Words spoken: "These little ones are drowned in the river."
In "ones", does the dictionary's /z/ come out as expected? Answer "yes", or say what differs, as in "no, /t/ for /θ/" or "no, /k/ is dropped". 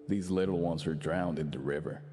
yes